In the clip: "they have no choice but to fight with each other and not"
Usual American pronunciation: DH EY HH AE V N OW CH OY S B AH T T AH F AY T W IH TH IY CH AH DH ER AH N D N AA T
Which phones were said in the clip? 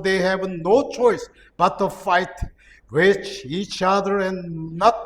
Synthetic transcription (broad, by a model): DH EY HH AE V N OW CH OY S B AH T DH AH F AY T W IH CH IY CH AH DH ER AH N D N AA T